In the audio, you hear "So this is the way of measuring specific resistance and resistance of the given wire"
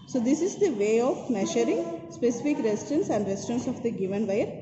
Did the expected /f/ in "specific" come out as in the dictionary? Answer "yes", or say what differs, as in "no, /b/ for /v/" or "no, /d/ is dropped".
yes